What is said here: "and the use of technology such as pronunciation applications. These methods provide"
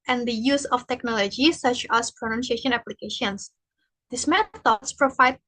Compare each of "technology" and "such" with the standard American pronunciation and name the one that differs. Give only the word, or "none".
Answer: none